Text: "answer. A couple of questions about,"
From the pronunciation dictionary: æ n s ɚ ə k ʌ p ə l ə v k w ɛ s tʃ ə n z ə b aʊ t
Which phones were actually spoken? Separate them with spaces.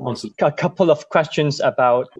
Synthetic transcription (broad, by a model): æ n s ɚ ə k ʌ p ə l ə v k w ɛ s tʃ ə n z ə b aʊ t